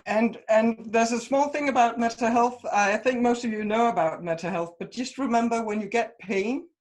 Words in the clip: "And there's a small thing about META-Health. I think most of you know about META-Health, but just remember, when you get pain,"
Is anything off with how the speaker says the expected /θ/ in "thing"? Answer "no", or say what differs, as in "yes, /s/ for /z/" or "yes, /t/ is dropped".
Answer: no